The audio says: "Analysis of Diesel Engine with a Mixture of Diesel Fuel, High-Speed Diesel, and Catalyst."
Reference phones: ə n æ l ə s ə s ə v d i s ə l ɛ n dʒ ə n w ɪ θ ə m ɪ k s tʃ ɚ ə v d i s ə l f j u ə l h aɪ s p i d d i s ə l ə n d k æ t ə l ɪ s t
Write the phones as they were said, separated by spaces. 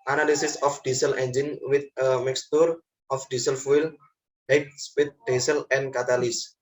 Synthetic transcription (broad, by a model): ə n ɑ l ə s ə s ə f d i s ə l ɛ n dʒ ə n w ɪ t ə m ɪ k s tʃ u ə f d i s ə l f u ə l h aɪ s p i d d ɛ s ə l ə n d k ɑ t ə l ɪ s